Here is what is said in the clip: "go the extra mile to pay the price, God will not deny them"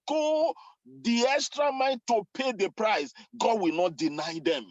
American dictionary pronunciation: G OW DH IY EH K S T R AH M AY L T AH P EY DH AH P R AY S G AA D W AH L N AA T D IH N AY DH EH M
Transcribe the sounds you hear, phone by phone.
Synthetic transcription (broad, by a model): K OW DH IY EH K S T R AH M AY N T AH P EY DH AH P R AY S G AA D W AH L N AA T D IH N AY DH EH M